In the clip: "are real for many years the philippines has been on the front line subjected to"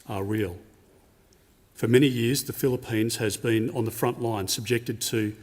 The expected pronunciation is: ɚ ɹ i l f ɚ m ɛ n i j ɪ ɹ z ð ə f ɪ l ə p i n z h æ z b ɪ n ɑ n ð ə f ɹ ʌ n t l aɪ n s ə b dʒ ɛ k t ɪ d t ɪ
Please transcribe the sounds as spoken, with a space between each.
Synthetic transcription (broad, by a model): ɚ ɹ i l f ɚ m ɛ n i j ɪ ɹ z ð ə f ɪ l ə p i n z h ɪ z b ɪ n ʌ n ð ə f ɹ ʌ n t l aɪ n s ə b dʒ ɛ k t ɪ d t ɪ